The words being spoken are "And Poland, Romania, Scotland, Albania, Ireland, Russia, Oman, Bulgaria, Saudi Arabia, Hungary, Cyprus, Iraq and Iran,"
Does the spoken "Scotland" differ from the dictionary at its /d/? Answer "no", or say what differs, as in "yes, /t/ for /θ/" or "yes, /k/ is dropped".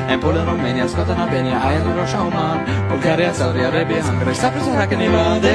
yes, /d/ is dropped